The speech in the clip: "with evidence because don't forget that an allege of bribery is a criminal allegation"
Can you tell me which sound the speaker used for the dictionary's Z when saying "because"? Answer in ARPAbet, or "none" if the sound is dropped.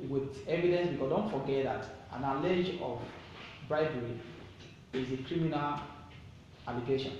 none